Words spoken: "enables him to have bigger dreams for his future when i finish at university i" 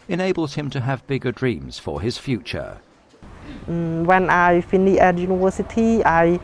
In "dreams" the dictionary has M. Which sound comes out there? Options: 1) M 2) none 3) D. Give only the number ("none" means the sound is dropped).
1